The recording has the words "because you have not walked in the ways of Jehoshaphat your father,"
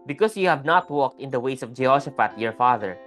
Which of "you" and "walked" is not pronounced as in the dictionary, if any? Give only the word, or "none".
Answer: none